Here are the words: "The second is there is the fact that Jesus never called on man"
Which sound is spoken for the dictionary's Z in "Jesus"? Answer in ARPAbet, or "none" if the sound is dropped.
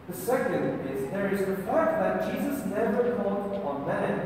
Z